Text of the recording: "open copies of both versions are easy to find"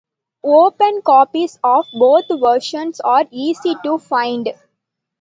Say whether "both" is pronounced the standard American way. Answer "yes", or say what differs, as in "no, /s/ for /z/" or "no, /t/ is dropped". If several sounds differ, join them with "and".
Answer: no, /t/ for /θ/